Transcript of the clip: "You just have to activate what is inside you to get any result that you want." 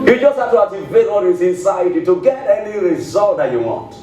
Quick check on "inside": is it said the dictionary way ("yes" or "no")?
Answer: yes